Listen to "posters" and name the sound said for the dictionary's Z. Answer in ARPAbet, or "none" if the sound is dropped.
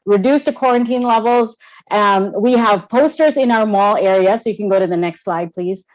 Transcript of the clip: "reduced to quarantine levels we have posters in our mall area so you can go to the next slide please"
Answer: Z